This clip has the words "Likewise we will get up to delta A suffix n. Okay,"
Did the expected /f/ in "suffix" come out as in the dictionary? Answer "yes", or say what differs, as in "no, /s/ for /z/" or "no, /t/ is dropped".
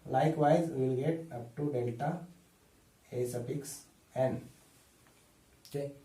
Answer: no, /p/ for /f/